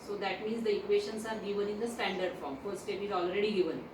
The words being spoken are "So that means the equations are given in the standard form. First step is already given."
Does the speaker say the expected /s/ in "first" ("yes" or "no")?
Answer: no